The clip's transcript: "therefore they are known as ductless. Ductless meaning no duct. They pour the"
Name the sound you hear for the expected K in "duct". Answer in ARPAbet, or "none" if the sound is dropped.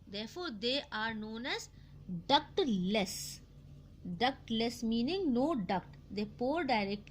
K